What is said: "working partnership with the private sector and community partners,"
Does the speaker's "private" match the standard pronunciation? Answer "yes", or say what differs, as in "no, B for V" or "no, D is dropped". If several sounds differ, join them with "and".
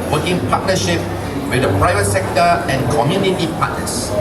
yes